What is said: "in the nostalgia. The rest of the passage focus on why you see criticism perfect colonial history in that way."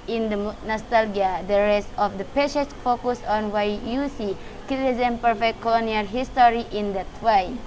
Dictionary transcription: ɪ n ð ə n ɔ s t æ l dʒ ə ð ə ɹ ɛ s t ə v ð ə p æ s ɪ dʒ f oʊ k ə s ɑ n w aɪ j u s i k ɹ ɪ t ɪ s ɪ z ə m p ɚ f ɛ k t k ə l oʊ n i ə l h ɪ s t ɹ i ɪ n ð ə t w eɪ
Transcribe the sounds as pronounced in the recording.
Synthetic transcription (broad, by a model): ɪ n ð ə n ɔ s t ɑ l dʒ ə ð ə ɹ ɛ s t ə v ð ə p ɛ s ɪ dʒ f oʊ k ə s ɑ n w aɪ j u s i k ɪ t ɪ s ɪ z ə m p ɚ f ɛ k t k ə l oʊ n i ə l h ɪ s t ɹ i ɪ n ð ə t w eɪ